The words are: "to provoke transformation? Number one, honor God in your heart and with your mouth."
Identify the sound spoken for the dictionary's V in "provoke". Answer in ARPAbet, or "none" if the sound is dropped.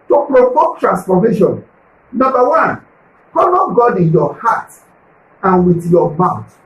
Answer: P